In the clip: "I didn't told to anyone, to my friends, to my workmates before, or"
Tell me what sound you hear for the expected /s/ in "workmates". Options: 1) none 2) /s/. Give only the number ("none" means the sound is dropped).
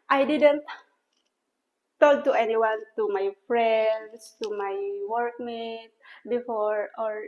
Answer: 1